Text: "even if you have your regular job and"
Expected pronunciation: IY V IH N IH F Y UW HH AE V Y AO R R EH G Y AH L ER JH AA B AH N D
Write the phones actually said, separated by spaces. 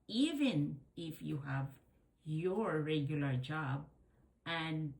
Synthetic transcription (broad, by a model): IY V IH N IH F Y UW HH AE V Y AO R R EH G Y AH L ER JH AA B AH N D